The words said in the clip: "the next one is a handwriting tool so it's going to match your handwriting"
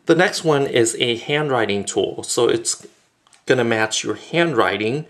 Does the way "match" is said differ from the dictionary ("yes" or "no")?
no